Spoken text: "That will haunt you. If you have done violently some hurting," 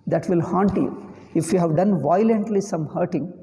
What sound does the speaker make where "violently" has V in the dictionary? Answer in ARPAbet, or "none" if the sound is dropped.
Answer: V